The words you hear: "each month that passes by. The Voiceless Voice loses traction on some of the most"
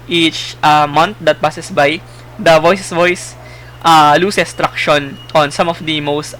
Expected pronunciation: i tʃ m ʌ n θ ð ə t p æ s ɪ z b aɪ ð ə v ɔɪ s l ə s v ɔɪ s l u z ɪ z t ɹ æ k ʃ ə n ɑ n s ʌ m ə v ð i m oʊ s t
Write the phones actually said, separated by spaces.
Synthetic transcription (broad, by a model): i tʃ m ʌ n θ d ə t p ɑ s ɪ s b aɪ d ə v ɔɪ s ə s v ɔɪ s l u s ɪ s t ɹ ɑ k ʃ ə n ɑ n s ʌ m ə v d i m oʊ s t